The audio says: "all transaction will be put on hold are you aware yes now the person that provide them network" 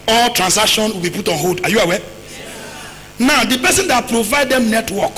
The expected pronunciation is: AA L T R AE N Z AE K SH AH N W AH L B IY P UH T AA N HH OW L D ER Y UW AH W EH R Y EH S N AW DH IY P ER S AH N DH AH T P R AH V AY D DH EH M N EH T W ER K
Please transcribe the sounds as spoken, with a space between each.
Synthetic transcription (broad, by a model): AA L T R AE N S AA K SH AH N W AH L B IY P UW T AA N HH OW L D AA Y UW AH W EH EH N AW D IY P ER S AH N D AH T P R AH V AY D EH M N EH T W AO K